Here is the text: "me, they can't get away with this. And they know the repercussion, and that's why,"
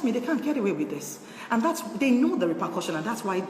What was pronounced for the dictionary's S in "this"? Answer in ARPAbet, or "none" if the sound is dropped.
S